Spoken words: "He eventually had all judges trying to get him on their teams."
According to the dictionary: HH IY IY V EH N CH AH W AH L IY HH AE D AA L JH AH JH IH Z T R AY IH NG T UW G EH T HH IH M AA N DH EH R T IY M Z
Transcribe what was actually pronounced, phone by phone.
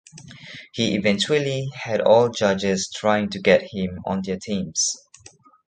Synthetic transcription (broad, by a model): HH IY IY V EH N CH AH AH L IY HH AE D AA L JH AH JH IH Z T R AY IH NG T UW G EH T HH IH M AA N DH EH T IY M S